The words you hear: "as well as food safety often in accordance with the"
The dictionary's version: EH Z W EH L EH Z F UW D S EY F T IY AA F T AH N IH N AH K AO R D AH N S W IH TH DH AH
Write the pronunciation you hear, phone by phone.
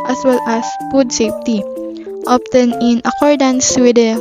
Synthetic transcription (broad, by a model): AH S W EH L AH S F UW D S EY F T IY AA P T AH N IH N AH K AO R D AH N S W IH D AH